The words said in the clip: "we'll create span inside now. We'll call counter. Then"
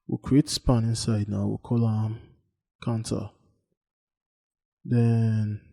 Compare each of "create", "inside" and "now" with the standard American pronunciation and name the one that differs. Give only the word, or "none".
none